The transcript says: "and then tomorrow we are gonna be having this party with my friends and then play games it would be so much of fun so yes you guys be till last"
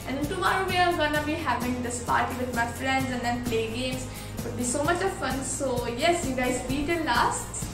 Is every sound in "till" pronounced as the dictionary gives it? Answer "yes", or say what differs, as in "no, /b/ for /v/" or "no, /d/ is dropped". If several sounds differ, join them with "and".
no, /n/ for /l/